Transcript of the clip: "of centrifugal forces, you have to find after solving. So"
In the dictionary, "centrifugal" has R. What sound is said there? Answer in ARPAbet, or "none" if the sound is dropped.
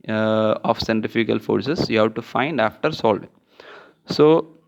none